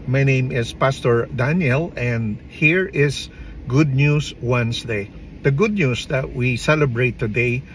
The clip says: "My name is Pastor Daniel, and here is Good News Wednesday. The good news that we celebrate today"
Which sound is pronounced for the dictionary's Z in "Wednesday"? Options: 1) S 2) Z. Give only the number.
1